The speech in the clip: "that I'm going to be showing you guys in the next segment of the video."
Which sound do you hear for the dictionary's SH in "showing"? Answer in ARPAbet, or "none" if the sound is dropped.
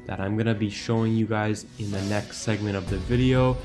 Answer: SH